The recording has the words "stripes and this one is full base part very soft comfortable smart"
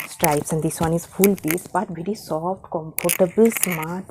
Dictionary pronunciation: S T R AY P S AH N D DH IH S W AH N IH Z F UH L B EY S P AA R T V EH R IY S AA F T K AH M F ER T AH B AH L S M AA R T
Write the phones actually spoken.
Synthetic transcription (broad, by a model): S T R AY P S AH N D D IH S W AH N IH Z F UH L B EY S B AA T V EH R IY S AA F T K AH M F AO T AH B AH L S M AA R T